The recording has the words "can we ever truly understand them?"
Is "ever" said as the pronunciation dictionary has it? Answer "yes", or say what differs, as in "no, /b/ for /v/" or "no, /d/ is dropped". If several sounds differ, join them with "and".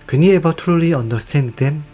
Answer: no, /b/ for /v/